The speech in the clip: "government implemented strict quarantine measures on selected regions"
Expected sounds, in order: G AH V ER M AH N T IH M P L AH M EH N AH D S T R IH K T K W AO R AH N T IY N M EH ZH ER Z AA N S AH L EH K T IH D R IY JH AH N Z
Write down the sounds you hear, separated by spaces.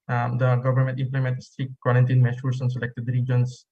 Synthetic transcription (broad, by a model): G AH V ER M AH N T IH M P L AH M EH N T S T R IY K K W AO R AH N T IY N M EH SH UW S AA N S AH L EH K T IH D R IY JH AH N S